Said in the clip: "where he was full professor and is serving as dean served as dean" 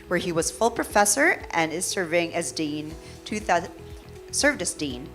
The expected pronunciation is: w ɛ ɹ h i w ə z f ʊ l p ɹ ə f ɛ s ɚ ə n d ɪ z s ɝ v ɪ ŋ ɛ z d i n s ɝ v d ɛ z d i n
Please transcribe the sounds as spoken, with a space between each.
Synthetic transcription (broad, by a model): w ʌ ɹ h i w ə z f ʊ l p ɹ ə f ɛ s ɚ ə n ɪ z s ɝ v ɪ ŋ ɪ z d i n s ɝ v d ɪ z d i n